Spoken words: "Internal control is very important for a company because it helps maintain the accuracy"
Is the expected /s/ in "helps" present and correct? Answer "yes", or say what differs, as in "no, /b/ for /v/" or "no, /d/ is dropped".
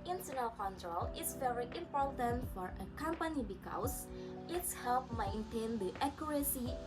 no, /s/ is dropped